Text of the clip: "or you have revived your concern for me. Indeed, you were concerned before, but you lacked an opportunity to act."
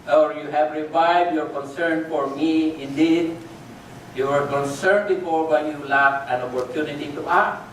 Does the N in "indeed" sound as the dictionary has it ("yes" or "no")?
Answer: yes